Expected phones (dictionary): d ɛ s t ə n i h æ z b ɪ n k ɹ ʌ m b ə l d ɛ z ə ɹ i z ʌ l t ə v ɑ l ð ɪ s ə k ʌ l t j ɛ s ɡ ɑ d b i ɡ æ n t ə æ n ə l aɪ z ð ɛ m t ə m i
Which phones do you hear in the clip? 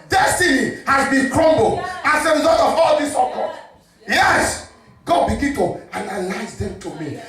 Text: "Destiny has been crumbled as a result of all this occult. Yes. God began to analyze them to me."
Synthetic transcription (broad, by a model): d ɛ s t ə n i h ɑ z b ɪ n k ɹ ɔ m b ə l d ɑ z ə ɹ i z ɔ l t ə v ɑ l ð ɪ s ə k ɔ t j ɛ s ɡ ɑ d b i ɡ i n t ə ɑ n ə l aɪ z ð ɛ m t ə m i